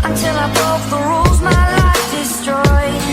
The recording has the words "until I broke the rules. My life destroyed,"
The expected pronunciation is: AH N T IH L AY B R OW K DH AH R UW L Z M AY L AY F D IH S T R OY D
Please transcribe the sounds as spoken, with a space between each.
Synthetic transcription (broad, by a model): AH N T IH L AY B OW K DH AH R UW L Z M AY L AY F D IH S T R OY